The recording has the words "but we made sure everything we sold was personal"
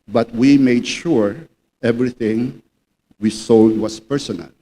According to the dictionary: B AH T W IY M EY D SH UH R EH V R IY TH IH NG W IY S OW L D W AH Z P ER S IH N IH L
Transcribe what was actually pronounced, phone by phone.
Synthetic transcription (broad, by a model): B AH T W IY M EY D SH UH R EH V R IY TH IH NG W IY S OW L D W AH S P ER S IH N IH L